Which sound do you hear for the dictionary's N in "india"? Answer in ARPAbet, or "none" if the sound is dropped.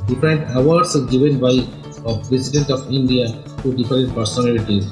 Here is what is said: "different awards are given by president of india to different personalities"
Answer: N